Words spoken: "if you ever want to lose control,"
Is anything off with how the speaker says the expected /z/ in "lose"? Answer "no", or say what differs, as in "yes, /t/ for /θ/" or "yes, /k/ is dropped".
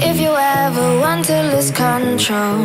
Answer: yes, /s/ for /z/